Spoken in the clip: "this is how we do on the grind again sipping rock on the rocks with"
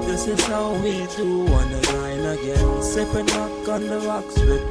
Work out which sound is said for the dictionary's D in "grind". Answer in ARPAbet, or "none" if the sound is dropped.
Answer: none